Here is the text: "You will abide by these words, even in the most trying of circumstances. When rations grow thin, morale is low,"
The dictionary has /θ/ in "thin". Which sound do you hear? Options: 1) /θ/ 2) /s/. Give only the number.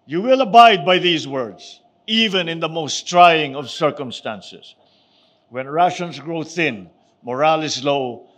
1